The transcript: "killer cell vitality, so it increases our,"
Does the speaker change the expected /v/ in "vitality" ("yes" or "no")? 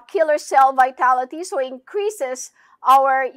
no